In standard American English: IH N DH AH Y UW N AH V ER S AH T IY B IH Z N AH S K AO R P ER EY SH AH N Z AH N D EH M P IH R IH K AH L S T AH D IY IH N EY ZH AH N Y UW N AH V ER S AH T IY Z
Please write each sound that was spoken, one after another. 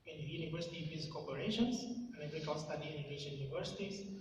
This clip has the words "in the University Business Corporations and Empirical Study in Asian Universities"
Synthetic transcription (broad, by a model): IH N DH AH Y UW N AH V ER S AH T IY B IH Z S K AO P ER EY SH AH N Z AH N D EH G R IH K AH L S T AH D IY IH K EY SH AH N Y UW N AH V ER S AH T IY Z